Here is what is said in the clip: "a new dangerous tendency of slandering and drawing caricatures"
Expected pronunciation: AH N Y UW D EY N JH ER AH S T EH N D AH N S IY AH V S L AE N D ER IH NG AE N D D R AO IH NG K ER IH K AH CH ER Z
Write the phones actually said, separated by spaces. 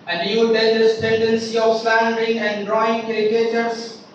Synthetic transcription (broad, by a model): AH N Y UW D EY JH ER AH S T EH N D AH N S IY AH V S L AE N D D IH NG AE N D D R AO IH NG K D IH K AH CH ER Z